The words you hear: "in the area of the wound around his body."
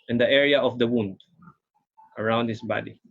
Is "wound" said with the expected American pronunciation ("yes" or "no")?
yes